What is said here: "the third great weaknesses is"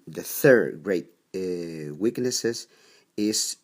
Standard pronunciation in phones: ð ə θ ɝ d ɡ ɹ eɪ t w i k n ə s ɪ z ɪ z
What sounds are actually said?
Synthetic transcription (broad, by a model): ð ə θ ɝ d ɡ ɹ eɪ t w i k n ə s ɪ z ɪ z